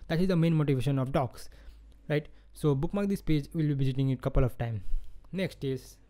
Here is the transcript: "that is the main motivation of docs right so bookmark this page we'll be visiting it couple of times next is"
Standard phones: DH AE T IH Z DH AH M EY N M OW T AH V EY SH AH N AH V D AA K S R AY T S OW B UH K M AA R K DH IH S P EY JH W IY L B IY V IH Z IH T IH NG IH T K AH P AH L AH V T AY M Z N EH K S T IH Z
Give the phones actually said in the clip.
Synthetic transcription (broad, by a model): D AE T IH Z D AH M EY N M OW T AH V EY SH AH N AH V D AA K S R AY T S OW B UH K M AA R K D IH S P EY JH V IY L B IY V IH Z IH T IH NG IH T K AH P AH L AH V T AY M N EH K S T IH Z